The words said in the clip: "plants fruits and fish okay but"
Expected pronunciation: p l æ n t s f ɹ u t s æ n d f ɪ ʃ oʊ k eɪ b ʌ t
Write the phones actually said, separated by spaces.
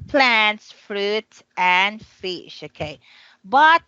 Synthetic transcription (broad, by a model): p l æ n t s f ɹ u t æ n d f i ʃ oʊ k eɪ b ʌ t